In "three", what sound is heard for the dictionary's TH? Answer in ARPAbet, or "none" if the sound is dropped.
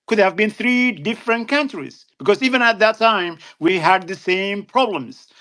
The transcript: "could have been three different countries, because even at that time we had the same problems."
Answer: TH